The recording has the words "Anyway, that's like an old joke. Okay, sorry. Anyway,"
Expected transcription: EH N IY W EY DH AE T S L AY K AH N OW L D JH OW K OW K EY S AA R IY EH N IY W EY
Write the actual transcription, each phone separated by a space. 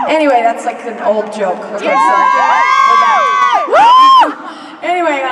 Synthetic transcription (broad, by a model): EH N IY W EY DH AE T S L AY K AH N OW L D JH OW K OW EY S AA W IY EH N IY W EY